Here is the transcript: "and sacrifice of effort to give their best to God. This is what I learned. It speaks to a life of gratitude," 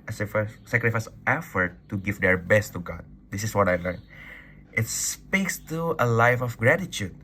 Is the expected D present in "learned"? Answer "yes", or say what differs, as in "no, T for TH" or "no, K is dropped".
no, D is dropped